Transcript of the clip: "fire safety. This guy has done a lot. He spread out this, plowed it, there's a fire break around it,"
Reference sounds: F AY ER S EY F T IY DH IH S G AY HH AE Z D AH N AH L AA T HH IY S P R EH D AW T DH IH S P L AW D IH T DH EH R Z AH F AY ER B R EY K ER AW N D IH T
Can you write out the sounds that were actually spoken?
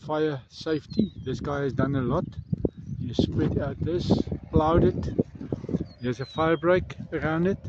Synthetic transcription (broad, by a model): F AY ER S EY F T IY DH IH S G AY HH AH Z D AH N AH L AA T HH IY S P W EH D AW T DH IH S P L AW D IH T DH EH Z AH F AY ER B R EY K ER AW N D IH T